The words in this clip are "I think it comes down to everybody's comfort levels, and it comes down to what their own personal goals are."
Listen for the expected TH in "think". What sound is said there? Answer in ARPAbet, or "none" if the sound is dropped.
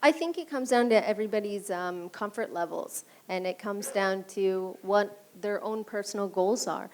TH